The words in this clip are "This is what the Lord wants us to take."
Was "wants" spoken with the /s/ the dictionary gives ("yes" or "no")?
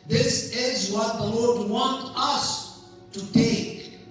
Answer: no